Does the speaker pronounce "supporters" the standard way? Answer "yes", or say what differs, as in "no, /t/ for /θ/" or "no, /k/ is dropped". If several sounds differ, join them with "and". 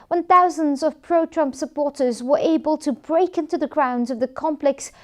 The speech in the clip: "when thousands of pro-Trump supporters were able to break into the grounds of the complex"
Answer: yes